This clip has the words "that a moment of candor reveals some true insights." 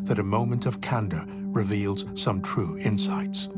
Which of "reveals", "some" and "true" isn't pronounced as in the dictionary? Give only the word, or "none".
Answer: none